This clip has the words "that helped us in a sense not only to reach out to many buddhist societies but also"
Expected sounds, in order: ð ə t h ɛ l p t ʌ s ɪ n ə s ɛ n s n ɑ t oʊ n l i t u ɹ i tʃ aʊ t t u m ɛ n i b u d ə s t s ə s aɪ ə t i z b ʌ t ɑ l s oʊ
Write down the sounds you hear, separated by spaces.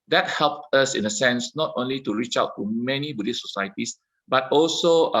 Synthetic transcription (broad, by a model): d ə t h ɛ l p t ʌ s ɪ n ə s ɛ n s n ɑ t oʊ n l i t u ɹ i tʃ aʊ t t u m ɛ n i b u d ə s s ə s aɪ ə t i s b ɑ t ɑ l s oʊ